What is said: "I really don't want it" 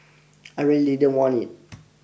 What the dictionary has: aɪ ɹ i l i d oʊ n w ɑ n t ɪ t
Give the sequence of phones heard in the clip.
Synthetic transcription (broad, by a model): aɪ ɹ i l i d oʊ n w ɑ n ɪ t